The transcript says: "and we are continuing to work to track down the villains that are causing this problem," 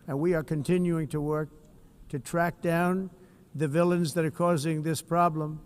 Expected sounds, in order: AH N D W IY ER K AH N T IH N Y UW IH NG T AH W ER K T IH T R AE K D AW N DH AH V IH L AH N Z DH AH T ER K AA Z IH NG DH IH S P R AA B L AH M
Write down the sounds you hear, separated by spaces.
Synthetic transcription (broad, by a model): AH N W IY ER K AH N T IH N Y UW IH NG T AH W ER K T IH T R AE K D AW N DH AH V IH L AH N Z DH AH T ER K AA Z IH NG DH IH S P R AA B L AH M